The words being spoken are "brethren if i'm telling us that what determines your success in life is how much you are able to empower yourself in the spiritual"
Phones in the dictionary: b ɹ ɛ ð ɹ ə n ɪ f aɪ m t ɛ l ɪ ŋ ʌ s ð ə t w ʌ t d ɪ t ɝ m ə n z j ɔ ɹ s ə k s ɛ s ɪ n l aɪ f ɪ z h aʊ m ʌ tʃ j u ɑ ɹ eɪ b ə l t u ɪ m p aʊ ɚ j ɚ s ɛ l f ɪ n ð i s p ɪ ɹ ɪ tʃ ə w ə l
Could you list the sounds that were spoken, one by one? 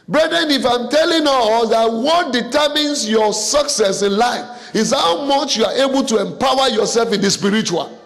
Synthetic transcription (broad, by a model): b ɹ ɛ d ɹ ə n ɪ f aɪ m t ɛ l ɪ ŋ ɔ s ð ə t w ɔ t d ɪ t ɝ m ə n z j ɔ s ə k s ɛ s ɪ n l aɪ f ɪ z h aʊ m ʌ tʃ j u ɑ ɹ eɪ b ə l t u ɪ m p aʊ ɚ j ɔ s ɛ l f ɪ n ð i s p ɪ ɹ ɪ tʃ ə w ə l